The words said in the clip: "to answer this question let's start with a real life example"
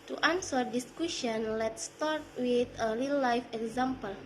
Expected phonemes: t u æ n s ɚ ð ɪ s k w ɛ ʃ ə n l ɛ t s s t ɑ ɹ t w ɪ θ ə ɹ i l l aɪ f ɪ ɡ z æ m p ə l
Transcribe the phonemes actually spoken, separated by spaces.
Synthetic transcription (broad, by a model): t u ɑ n s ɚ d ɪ s k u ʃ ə n l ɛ t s s t ɑ ɹ t w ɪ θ ə l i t l aɪ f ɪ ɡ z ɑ m p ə l